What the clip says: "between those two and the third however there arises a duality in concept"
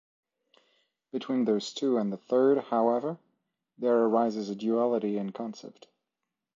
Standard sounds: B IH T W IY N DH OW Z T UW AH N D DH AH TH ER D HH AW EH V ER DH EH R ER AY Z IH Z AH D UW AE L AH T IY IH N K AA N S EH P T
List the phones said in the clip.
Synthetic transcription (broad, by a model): B IH T W IY N DH OW Z T UW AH N DH AH TH ER D HH AW EH V ER DH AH R ER AY Z IH Z AH D UW AE L AH T IY IH N K AA N S EH P T